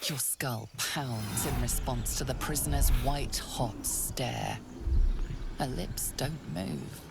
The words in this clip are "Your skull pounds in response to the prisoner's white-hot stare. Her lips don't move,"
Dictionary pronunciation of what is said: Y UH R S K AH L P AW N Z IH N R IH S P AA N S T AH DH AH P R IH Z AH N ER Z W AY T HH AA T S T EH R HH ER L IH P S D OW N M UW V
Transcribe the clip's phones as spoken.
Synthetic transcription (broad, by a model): Y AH R S K AH L P AW N Z IH N R IH S P AA N S T AH DH AH P R IH Z AH N ER Z W AY T HH AA T S T EH R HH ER L IH P S D OW N M UW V